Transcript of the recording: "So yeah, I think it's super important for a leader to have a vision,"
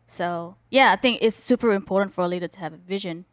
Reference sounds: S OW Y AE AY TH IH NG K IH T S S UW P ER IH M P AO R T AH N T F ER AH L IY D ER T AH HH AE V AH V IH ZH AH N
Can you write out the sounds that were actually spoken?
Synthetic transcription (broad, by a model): S OW Y AE AY TH IH NG K IH T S S UW P ER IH M P AO R T N T F ER AH L IY D ER T AH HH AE V AH V IH ZH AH N